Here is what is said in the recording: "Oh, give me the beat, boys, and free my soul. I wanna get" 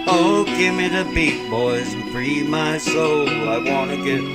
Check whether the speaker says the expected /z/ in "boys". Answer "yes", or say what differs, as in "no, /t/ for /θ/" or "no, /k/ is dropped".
yes